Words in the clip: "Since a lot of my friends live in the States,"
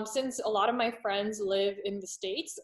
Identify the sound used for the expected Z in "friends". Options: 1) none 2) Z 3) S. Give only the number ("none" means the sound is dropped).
2